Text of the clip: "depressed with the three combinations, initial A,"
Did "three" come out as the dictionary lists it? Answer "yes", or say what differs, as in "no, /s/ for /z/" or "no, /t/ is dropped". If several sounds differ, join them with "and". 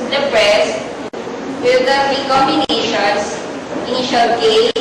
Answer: no, /f/ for /θ/